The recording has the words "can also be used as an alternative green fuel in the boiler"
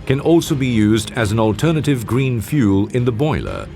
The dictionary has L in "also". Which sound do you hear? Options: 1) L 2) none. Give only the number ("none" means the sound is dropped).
1